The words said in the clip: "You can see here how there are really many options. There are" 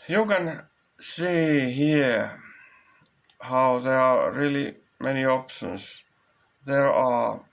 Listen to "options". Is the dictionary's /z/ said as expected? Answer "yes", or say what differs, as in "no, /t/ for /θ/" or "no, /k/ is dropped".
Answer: no, /s/ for /z/